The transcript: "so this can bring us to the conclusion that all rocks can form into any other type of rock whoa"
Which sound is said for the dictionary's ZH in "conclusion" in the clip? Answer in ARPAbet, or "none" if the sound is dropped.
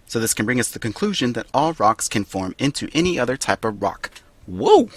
ZH